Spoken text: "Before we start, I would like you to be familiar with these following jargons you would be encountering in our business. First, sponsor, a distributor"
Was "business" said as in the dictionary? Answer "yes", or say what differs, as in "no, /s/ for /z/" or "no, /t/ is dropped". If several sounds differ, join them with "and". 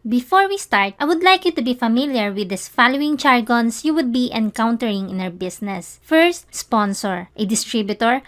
no, /s/ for /z/